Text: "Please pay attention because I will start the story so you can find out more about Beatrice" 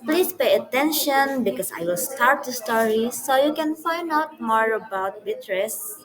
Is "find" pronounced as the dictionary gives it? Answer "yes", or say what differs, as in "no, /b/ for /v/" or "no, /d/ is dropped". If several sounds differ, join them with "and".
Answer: yes